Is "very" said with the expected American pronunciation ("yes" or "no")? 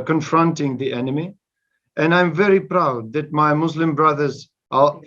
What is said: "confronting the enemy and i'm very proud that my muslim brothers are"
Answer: yes